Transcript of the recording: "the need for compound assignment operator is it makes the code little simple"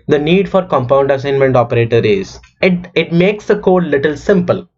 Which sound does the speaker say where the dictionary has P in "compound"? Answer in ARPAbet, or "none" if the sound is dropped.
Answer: P